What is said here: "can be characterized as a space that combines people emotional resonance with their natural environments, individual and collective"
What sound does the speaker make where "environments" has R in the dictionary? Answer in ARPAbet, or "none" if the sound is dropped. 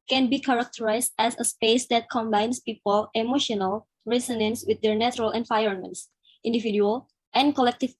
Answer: none